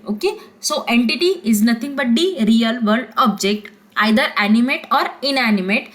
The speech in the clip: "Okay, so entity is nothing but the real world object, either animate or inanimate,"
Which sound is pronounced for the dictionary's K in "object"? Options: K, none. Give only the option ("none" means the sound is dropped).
K